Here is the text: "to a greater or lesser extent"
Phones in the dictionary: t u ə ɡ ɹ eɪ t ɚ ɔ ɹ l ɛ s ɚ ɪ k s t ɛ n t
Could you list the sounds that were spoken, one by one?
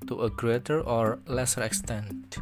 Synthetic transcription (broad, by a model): t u ə ɡ ɹ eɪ t ɚ ɔ ɹ l ɛ s ɚ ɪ k s t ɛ n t